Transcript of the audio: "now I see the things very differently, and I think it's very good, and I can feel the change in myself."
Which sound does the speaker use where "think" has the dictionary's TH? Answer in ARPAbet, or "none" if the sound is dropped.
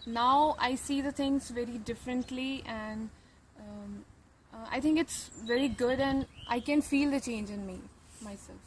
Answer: T